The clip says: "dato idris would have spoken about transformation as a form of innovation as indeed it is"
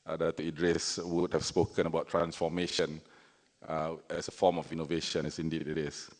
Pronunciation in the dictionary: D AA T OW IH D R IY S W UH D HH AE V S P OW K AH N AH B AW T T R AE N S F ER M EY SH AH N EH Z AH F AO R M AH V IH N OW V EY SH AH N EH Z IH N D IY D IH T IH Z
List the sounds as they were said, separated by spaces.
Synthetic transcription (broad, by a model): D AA T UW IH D R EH S W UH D HH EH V S P OW K AH N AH B AW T T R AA N S F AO M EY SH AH N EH S AH F AO M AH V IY N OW V EY SH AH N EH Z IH N D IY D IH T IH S